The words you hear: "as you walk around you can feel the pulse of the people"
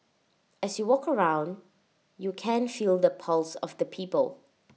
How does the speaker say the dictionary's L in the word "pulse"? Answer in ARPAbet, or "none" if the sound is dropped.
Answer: L